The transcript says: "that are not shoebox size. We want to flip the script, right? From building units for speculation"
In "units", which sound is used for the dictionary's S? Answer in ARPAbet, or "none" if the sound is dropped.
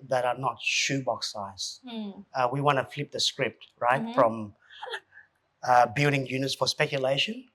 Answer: S